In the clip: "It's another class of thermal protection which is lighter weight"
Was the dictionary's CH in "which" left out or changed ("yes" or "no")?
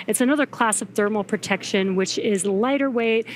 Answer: no